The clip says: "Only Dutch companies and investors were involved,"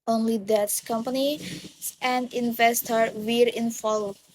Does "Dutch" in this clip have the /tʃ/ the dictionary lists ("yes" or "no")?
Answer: no